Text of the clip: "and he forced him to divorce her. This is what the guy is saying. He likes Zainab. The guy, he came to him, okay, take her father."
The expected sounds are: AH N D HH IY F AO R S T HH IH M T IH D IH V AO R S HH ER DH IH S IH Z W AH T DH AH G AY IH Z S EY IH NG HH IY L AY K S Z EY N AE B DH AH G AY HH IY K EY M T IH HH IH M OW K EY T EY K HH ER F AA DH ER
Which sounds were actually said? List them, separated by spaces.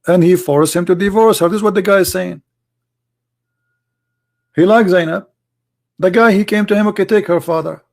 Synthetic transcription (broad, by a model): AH N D HH IY F AO R S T HH IH M T IH D IH V AO R S HH ER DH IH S W AH T DH AH G AY IH Z S EY IH NG HH IY L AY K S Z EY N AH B DH AH G AY HH IY K EY M T IH HH IH M OW K EY T EY K HH ER F AA DH ER